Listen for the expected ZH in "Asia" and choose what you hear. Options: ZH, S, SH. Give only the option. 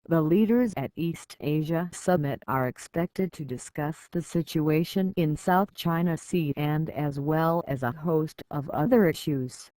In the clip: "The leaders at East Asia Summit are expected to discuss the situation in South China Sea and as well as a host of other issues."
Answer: ZH